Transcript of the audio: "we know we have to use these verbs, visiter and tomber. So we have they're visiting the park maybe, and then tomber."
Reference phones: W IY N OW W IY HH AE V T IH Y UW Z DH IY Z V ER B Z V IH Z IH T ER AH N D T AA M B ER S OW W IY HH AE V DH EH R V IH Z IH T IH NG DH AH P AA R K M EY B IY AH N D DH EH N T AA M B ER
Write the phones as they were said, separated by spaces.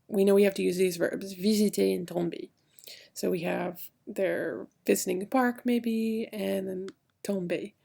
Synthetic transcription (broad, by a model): W IY N OW W IY HH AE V T IH Y UW Z DH IY Z V ER B Z V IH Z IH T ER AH N T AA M B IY S OW W IY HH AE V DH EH R V IH Z IH T IH NG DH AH P AA R K M EY B IY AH N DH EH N T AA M B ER